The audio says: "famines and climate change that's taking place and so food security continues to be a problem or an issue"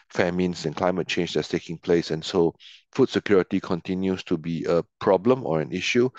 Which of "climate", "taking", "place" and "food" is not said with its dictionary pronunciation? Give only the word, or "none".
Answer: none